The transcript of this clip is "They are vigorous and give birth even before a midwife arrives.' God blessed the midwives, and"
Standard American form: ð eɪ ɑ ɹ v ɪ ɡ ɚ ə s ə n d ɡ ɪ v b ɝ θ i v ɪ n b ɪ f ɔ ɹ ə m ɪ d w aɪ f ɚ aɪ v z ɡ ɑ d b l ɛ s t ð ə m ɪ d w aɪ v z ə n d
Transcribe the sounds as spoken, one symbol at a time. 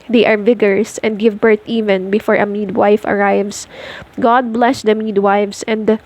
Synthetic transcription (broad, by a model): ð eɪ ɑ ɹ v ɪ ɡ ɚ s ə n d ɡ ɪ v b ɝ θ i v ɪ n b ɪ f ɔ ɹ ə m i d w aɪ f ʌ aɪ v s ɡ ɑ d b l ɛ s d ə m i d w aɪ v s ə n d